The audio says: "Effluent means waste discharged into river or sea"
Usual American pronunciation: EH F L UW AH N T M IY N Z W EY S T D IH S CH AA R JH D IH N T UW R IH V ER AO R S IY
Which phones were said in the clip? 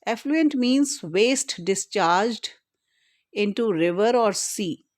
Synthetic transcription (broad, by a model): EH F L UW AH N T M IY N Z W EY S T D IH S CH AA R JH D IH N T UW R IH V ER AO R S IY